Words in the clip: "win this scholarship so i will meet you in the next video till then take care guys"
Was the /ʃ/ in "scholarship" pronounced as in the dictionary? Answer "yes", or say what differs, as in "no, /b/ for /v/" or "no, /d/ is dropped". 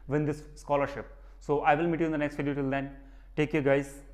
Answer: yes